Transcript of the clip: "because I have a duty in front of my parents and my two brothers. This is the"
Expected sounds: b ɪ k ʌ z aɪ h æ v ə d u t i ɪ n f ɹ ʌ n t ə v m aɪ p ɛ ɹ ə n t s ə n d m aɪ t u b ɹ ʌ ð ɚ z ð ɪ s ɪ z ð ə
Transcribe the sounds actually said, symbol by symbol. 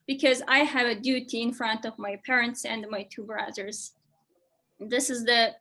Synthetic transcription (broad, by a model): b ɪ k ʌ z aɪ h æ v ə d u t i ɪ n f ɹ ʌ n t ə v m aɪ p ɛ ɹ ə n t s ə n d m aɪ t u b ɹ ʌ ð ɚ z ð ɪ s ɪ z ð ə